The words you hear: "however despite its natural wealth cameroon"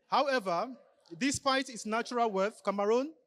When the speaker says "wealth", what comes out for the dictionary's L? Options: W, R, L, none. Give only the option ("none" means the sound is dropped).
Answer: none